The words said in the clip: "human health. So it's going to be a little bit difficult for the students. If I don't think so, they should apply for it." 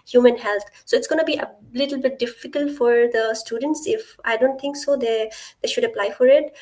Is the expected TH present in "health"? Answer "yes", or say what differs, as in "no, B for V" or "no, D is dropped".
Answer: no, T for TH